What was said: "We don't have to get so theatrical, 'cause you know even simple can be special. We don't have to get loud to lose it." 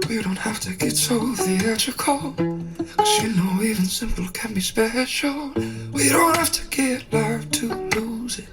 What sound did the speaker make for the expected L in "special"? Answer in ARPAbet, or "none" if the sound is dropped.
N